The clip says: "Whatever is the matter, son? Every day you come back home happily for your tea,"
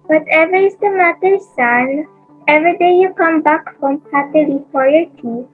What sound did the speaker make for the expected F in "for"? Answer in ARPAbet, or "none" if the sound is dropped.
P